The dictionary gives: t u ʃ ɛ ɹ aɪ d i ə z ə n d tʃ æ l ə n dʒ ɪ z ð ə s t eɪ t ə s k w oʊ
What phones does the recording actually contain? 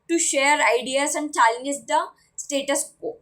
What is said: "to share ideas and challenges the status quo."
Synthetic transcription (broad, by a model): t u ʃ ɛ ɹ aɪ d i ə s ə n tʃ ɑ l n ɪ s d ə s t eɪ t ə s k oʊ